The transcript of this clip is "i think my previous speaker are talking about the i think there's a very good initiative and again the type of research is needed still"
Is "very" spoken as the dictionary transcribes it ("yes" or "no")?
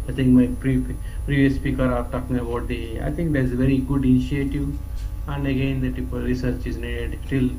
yes